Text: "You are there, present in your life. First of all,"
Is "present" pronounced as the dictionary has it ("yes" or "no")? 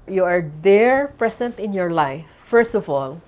no